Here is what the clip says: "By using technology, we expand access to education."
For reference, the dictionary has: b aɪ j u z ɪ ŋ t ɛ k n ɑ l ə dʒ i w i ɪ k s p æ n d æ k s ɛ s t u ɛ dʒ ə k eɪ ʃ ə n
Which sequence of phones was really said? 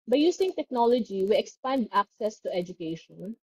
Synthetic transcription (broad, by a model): b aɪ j u s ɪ ŋ t ɛ k n ɑ l ə dʒ i w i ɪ k s p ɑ n d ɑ k s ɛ s t u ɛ dʒ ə k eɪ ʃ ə n